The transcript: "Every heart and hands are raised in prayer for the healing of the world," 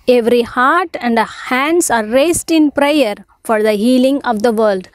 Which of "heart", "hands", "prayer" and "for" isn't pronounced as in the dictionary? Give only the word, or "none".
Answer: hands